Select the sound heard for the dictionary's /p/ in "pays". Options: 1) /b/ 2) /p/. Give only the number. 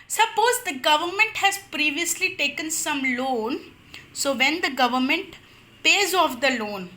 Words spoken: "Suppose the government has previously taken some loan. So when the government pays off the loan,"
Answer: 2